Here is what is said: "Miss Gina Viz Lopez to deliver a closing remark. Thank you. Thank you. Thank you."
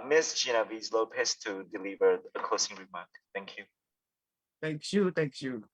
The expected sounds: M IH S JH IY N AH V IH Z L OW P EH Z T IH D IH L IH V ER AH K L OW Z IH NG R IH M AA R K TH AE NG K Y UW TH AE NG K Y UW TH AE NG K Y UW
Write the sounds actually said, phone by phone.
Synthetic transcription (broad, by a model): M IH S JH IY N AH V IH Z L OW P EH S T IH D IH L IH V ER AH K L OW S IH NG R IH M AA R K TH AE NG K Y UW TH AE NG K Y UW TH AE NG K Y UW